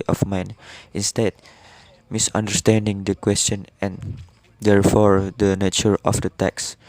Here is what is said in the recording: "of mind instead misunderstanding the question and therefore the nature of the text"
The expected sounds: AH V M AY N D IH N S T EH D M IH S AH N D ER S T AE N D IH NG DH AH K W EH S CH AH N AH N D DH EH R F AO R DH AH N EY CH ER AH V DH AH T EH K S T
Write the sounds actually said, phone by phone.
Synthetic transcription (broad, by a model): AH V M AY N IH N S T EH D M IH S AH N D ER S T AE N D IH NG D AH K W EH S CH AH N AH N D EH R F AO R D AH N EY CH ER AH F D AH T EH K S